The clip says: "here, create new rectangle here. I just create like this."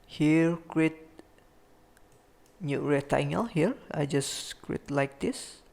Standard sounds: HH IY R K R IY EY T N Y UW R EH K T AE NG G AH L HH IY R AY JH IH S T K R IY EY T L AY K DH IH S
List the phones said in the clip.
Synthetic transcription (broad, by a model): HH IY R K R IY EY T N Y UW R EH T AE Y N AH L HH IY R AY JH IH S K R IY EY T L AY K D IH S